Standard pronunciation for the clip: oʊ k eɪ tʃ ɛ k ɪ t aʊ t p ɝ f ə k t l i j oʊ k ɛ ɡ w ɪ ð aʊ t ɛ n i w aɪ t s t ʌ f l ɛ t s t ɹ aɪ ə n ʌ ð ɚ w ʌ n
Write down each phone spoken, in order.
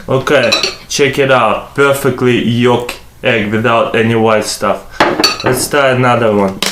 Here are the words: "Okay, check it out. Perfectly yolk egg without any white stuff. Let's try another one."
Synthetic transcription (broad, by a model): oʊ k eɪ tʃ ɛ k ɪ t aʊ t p ɝ f ə k t l i j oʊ k ɛ ɡ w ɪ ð aʊ t ɛ n i w aɪ t s t ʌ f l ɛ t s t aɪ ə n ʌ ð ɚ w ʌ n